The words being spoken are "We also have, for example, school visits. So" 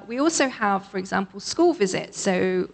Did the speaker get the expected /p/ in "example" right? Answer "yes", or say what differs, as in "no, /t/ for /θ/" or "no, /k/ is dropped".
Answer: yes